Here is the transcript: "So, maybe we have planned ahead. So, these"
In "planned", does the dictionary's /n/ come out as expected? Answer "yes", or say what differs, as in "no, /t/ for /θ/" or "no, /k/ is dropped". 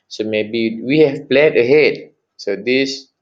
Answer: no, /n/ is dropped